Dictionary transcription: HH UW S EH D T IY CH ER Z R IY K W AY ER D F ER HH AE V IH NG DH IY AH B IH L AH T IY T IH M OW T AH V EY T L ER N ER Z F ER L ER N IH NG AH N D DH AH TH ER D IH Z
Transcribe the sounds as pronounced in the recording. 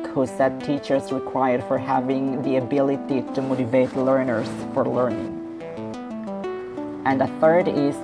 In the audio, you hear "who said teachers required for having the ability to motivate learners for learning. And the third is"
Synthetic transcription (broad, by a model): HH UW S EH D T IY CH ER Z R IY K W AY ER D F ER HH AE V IH NG DH IY AH B IH L AH T IY T IH M OW T AH V EY T L ER N ER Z F ER L ER N IH NG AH N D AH TH ER D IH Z